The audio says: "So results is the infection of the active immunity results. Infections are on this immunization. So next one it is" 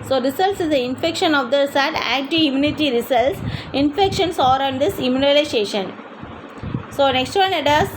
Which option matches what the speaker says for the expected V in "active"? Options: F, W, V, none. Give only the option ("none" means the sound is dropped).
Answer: none